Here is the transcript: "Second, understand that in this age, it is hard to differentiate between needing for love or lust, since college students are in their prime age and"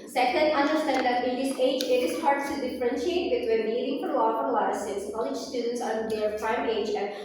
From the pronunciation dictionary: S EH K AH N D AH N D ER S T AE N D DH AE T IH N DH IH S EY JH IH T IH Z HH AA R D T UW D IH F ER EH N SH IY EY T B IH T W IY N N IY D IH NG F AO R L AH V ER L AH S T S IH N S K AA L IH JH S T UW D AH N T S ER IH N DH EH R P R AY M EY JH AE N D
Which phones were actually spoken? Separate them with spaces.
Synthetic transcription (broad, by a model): S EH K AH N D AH N D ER S T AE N D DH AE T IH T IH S EY JH IH T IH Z HH AA R D T UW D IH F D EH N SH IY EY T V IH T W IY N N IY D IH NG F AO R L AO P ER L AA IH S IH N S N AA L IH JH S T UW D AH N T S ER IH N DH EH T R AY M EY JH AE